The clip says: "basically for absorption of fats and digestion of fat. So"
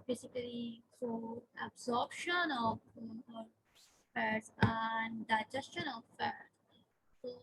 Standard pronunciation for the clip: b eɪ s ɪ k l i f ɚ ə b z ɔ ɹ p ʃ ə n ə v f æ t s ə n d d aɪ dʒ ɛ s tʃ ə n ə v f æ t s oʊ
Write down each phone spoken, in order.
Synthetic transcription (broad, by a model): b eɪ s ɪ k l i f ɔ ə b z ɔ ɹ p ʃ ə n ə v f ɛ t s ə n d d aɪ dʒ ɛ s tʃ ə n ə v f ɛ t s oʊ